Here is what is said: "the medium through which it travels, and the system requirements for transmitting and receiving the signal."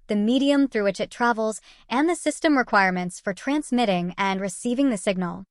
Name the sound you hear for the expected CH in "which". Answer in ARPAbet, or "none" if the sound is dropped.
CH